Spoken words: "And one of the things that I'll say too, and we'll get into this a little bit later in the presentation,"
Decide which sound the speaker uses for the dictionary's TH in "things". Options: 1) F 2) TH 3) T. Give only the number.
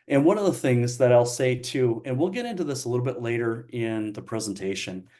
2